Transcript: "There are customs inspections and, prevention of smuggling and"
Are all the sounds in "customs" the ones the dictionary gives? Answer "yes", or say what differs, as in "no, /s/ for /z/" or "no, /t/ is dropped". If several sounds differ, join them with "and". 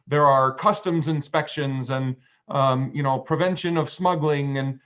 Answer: yes